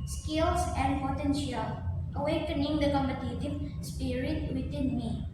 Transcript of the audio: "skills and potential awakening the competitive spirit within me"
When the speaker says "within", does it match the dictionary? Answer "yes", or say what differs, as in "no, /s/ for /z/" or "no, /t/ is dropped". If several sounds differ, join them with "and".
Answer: no, /t/ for /θ/